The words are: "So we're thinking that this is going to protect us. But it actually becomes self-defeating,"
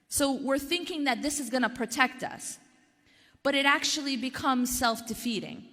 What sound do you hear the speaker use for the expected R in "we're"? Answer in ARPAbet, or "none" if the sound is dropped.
R